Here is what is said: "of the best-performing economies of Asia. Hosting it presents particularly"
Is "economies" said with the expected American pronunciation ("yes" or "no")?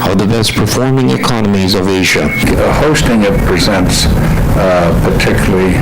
yes